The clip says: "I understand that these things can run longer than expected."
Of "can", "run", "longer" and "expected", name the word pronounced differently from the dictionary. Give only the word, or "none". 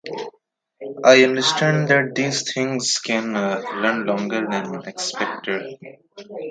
run